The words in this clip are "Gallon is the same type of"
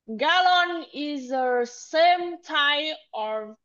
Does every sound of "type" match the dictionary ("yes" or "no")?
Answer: no